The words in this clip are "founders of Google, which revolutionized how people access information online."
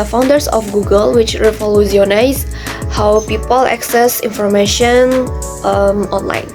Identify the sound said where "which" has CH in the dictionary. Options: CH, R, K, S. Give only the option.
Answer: CH